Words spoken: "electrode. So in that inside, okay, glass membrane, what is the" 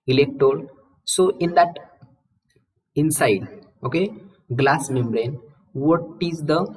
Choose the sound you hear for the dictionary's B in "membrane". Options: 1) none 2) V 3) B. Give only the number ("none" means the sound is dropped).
3